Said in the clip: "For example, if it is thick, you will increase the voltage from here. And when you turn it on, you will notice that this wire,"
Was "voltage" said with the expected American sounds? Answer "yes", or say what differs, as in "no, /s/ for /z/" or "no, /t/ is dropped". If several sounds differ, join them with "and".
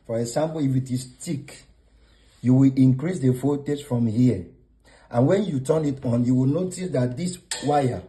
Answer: no, /f/ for /v/ and /l/ is dropped